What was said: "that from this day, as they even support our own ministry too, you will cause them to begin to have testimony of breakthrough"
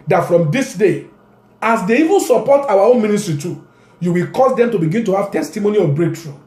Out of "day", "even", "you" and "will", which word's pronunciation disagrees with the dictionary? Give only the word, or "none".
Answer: none